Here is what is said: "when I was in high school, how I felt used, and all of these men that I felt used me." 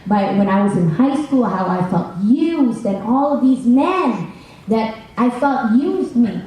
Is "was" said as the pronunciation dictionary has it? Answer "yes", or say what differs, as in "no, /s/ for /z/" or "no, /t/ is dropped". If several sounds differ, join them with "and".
yes